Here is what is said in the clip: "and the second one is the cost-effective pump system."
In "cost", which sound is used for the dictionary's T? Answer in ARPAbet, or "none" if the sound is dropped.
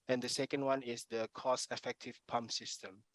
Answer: none